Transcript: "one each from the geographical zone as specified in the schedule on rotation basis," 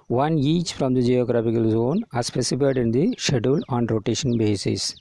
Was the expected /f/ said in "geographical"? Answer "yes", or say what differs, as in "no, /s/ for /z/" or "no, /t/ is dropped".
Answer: no, /p/ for /f/